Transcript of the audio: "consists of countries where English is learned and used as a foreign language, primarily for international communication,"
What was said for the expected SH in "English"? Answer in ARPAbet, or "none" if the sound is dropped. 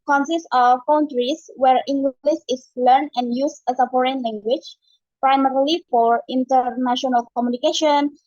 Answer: S